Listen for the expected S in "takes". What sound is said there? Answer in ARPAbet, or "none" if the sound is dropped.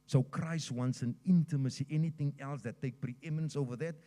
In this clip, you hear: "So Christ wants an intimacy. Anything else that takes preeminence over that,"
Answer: none